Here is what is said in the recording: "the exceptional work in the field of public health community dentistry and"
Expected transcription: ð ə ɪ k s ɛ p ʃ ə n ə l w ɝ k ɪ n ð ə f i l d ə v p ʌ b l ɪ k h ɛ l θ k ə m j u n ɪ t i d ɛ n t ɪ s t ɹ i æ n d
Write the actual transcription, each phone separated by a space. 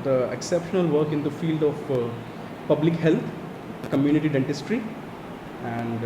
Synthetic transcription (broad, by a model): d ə ɪ k s ɛ p ʃ ə n ə l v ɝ k ɪ n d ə f i l d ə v p ʌ b l ɪ k h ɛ l t k ə m j u n ɪ t i d ɛ n t ɪ s t ɹ i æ n d